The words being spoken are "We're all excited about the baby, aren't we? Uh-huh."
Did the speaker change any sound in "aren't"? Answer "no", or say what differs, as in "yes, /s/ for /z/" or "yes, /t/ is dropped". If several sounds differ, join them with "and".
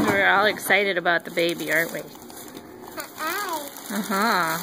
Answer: yes, /n/ is dropped